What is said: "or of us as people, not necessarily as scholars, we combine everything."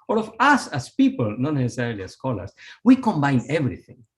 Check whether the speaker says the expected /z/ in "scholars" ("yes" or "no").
no